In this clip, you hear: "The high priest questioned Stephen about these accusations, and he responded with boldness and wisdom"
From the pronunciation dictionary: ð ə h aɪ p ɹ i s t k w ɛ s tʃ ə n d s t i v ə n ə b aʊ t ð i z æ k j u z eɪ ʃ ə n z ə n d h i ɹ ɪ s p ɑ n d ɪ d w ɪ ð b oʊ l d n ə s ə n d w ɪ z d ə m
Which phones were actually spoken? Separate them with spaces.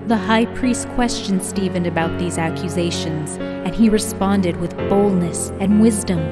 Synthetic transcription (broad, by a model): ð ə h aɪ p ɹ i s t k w ɛ s tʃ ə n s t i v ə n ə b aʊ t ð i z æ k j u z eɪ ʃ ə n z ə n i ɹ ɪ s p ɑ n d ɪ d w ɪ ð b oʊ l d n ə s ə n w ɪ z d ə m